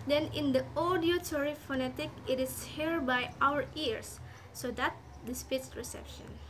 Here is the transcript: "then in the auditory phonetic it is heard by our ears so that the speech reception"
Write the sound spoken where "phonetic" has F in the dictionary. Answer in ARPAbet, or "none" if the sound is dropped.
F